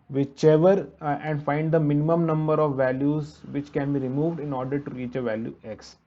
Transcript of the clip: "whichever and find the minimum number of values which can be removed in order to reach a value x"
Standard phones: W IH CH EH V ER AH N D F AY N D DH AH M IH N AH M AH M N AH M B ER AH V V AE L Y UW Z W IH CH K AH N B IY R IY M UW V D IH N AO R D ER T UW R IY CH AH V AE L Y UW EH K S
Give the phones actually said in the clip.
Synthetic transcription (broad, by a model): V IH CH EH V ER AH N D F AY N D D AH M IH N AH M AH M N AH M B ER AH V V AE L Y UW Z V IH CH K AH N B IY R IY M UW V D IH N AO R D ER T UW R IY CH AH V AE L Y UW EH K S